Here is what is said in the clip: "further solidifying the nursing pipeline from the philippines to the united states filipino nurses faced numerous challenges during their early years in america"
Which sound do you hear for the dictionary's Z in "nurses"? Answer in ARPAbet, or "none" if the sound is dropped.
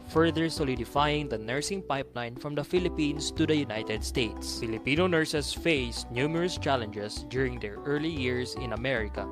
S